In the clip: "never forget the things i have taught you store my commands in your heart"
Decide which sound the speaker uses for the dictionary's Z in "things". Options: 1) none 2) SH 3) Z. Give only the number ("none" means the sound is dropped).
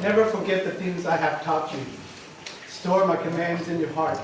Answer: 3